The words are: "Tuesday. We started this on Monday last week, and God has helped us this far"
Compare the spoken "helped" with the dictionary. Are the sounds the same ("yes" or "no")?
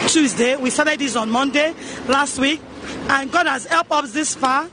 yes